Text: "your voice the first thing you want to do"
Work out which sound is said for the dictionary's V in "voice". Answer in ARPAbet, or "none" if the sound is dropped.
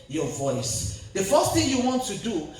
V